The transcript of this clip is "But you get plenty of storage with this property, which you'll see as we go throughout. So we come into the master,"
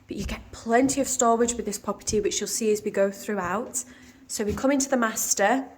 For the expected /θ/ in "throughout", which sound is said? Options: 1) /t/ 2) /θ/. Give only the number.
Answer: 2